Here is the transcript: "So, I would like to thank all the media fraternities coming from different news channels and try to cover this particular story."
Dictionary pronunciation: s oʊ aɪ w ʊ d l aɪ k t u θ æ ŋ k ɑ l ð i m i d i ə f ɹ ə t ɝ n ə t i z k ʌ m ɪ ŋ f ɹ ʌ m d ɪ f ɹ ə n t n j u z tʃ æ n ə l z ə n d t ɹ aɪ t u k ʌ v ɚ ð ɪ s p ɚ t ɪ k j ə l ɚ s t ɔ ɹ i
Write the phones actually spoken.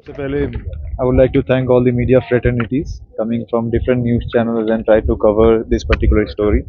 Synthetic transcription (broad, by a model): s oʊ aɪ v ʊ d l aɪ k t u t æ ŋ k ɑ l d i m i d i ə f ɹ ə t ɝ n ə t i z k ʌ m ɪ ŋ f ɹ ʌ m d ɪ f ɹ ə n t n j u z tʃ æ n ə l z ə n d t ɹ aɪ t u k ʌ v ɚ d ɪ s p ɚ t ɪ k j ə l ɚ s t ɔ ɹ i